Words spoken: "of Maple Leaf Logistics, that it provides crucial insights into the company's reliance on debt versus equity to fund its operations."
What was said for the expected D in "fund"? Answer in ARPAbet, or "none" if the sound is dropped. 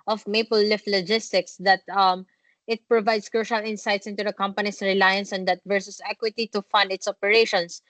D